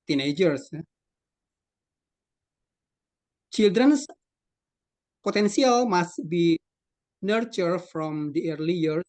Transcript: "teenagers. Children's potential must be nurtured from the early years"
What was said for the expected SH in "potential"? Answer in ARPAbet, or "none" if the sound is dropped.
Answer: S